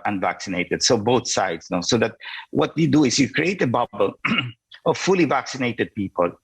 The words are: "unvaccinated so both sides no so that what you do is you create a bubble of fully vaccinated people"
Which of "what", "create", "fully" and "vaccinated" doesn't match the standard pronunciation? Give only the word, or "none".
none